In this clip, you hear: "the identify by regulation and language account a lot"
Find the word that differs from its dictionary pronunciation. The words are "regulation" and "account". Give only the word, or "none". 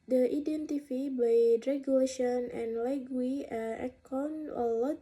account